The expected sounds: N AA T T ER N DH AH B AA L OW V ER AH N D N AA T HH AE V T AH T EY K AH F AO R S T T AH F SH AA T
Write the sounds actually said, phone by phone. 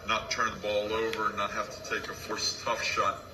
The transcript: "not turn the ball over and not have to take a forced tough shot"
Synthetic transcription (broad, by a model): N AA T T ER N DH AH B AA L OW V ER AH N N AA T HH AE F T AH T EY K AH F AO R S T T AH F SH AA T